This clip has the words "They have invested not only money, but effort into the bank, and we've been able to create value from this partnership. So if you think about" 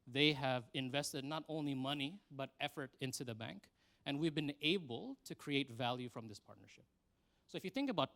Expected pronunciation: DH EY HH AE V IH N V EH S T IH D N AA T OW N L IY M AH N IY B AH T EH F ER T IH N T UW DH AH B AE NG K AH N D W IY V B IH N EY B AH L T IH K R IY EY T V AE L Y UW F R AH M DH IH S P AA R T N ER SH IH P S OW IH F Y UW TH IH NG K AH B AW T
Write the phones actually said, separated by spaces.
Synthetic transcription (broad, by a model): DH EY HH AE V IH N V EH S T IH D N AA T OW N L IY M AH N IY B AH T EH F ER T IH N T UW DH AH B AE NG K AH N W IY V B IH N EY B AH L T IH K R IY EY T V AE L Y UW F R AH M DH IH S P AA R T N ER SH IH P S OW IH F Y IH TH IH NG K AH B AW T